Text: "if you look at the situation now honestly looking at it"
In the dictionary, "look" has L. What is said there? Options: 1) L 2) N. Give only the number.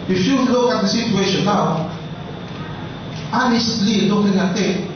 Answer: 1